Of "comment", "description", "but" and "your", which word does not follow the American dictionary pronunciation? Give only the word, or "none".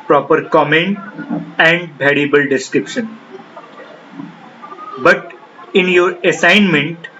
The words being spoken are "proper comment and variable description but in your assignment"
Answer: none